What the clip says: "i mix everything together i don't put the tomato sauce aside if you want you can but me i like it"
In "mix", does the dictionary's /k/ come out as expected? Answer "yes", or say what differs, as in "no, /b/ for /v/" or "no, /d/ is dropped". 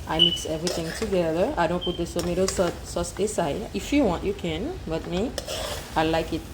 yes